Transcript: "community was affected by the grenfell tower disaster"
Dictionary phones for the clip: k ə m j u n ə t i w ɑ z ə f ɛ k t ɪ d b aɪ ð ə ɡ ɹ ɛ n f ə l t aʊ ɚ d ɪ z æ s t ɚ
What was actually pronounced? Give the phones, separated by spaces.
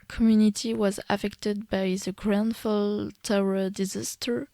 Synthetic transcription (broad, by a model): k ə m j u n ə t i w ɑ z ə f ɛ k t ɪ d b aɪ ð ə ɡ ɹ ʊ n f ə l t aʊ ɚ d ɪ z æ s t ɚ